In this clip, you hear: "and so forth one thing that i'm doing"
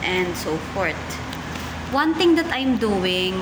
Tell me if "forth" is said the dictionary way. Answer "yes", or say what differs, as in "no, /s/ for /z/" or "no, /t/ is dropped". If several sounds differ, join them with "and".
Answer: no, /t/ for /θ/